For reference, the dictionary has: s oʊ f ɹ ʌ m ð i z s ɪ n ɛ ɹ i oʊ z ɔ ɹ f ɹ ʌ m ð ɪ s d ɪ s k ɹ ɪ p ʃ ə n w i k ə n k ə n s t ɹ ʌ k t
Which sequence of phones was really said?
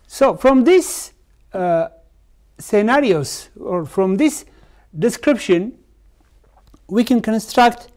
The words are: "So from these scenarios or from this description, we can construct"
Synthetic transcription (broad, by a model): s oʊ f ɹ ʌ m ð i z s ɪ n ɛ ɹ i oʊ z ɔ ɹ f ɹ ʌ m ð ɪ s d ɪ s k ɹ ɪ p ʃ ə n w i k ə n k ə n s t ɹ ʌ k t